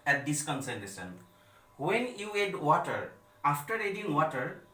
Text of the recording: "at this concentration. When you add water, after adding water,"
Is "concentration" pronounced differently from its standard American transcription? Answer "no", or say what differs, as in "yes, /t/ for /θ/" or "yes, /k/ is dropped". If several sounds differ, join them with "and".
yes, /s/ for /ʃ/